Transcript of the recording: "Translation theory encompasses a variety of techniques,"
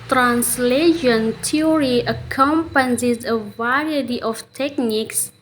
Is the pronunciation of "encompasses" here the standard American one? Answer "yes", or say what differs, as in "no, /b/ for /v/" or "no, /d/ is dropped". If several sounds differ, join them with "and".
no, /n/ is dropped